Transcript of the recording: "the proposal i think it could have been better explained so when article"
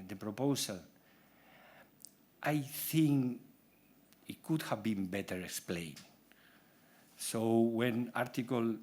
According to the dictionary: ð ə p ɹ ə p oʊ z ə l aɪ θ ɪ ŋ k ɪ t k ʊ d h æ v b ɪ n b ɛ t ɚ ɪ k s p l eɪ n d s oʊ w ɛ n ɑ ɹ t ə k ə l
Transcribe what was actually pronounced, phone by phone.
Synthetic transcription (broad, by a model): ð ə p ɹ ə p oʊ s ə l aɪ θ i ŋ k ɪ t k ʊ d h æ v b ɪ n b ɛ t ɚ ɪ k s p l eɪ n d s oʊ w ɛ n ɑ ɹ t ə k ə l